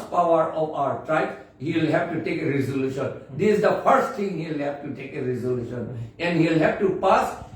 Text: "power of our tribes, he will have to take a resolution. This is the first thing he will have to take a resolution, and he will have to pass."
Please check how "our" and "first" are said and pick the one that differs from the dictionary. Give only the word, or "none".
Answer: none